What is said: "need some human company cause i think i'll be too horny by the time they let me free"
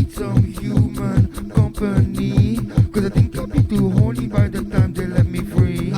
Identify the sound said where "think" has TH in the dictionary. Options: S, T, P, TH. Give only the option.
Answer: T